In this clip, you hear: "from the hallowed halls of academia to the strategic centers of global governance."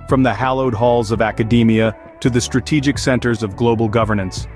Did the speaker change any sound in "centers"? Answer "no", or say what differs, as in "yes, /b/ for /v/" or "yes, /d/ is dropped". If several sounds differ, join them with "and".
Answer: no